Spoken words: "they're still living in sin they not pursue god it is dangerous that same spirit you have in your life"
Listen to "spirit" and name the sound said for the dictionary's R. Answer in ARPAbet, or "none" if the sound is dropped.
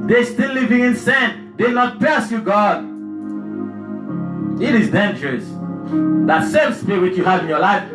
W